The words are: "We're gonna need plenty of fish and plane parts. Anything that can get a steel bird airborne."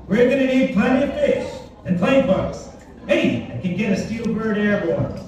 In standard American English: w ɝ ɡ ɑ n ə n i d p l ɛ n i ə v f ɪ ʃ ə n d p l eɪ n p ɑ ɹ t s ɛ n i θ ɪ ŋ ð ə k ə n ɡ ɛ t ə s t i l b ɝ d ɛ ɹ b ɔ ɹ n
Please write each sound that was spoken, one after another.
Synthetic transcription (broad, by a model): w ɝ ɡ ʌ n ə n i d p ʌ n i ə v f ɪ ʃ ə n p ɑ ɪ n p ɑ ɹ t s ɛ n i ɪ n k ə n ɡ ɛ t ə s t i l b ɝ d ɛ ɹ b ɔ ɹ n